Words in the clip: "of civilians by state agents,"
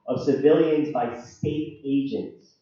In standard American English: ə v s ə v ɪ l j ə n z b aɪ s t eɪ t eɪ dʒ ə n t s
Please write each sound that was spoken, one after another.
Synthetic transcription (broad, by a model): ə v s ə v ɪ l j ə n z b aɪ s t eɪ t eɪ dʒ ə n t s